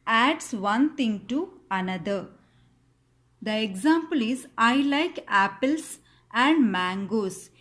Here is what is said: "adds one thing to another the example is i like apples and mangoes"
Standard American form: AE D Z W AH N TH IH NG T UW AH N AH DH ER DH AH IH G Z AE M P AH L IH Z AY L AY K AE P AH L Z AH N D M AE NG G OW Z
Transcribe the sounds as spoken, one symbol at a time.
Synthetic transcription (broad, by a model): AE D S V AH N T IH NG T UW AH N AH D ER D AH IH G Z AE M P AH L IH Z AY L AY K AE P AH L S AH N D M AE NG G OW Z